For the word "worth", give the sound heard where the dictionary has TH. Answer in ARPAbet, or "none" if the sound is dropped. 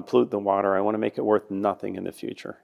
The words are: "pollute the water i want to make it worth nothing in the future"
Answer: TH